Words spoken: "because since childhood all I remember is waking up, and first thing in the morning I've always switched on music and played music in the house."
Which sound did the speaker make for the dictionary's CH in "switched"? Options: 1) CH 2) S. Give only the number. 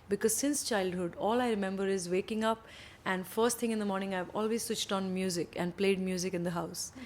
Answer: 1